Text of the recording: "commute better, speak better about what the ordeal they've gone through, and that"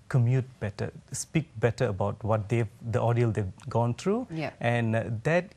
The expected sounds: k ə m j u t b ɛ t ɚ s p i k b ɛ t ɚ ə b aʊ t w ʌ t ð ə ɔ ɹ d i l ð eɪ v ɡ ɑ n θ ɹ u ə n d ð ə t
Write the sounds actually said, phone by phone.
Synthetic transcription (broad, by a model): k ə m j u t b ɛ t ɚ s p i k b ɛ t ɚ ə b aʊ t w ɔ t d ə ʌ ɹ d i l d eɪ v ɡ ɑ n t ɹ u ə n d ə t